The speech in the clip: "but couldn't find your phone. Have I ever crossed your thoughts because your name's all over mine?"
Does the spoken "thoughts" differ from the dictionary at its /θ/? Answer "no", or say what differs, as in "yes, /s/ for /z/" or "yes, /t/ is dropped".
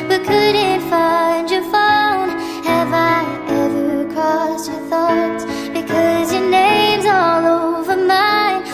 no